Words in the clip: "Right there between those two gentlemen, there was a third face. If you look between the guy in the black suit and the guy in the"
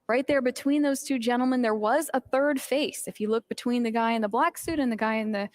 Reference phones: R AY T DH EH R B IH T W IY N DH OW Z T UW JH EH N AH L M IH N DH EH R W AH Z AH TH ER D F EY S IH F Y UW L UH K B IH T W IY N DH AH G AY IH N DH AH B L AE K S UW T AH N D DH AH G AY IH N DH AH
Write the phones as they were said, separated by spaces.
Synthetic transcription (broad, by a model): R AY T DH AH R B IH T W IY N DH OW Z T UW JH EH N L M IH N DH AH R W AH Z AH TH ER D F EY S IH F Y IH L UH K B IH T W IY N DH AH G AY IH N DH AH B L AE K S UW T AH N DH AH G AY IH N DH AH